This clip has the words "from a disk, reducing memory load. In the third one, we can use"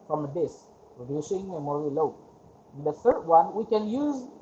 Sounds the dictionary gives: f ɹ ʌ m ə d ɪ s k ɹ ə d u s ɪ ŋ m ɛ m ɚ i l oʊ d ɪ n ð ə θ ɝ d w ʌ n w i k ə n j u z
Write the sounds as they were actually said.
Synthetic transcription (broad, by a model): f ɹ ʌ m ə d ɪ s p ɹ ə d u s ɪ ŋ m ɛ m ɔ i l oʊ ɪ n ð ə θ ɝ d w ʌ n w i k ə n j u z